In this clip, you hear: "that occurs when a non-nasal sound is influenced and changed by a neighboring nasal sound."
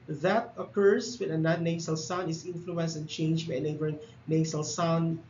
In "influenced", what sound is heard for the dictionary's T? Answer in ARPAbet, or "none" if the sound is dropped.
none